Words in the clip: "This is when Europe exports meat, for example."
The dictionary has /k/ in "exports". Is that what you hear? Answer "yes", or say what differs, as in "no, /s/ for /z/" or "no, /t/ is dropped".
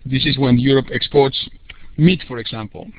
yes